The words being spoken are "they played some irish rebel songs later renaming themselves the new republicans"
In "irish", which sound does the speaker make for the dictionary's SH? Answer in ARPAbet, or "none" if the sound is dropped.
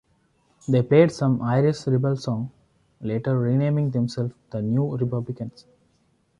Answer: S